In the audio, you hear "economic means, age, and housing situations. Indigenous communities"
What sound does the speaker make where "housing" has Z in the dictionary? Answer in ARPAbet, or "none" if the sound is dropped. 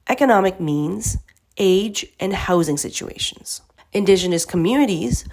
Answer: Z